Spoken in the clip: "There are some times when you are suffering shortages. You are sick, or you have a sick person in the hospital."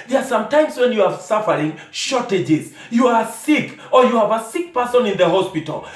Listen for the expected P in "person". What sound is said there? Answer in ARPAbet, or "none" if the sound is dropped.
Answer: P